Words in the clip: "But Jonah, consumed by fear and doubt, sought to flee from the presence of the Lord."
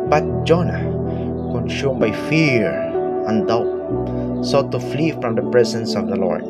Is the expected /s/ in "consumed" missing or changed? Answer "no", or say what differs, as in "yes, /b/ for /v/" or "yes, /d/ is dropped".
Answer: yes, /ʃ/ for /s/